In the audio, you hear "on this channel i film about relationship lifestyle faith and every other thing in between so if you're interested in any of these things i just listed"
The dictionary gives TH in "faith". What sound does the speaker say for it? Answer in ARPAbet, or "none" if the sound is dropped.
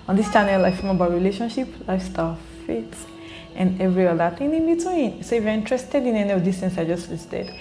T